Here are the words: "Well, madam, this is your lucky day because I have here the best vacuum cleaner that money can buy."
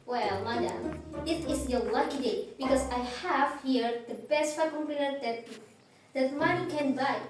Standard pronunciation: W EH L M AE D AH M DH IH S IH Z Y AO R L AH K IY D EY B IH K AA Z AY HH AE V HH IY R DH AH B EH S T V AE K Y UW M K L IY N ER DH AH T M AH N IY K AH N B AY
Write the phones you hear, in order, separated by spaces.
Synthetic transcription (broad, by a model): W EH L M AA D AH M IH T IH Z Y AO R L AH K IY D EY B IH K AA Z AY HH AE V HH IY R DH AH B EH S T F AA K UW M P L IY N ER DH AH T M AH N IY K AH N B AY